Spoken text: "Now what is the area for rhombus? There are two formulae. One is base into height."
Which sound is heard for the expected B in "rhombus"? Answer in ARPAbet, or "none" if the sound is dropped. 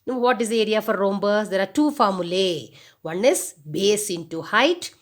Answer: B